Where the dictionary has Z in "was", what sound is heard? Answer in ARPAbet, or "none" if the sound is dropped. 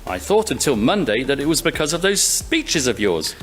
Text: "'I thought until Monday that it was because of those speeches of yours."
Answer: Z